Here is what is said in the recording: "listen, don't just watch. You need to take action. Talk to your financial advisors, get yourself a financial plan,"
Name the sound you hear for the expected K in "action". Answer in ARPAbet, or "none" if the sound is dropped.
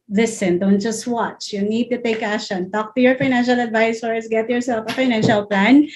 none